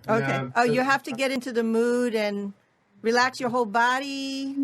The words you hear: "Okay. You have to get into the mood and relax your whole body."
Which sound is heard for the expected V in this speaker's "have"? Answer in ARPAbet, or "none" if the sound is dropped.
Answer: F